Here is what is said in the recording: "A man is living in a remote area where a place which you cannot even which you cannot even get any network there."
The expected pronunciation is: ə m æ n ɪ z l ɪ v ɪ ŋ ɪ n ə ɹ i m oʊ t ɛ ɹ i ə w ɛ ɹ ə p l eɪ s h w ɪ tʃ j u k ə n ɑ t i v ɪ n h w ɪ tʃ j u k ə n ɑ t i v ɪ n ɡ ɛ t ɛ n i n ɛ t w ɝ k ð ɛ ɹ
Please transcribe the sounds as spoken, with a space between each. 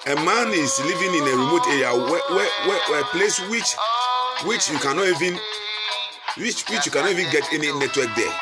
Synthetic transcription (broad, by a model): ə m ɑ n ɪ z l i v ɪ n ɪ n ə ɹ i m oʊ t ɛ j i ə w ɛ w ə p l eɪ s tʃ w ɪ tʃ j u k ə n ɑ i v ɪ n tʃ w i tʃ j u k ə n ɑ i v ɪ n ɡ ɛ t ɛ n i n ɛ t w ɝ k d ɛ